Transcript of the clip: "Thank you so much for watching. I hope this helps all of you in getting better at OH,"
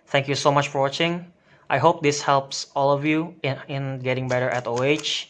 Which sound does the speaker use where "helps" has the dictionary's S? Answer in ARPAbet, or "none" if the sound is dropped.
S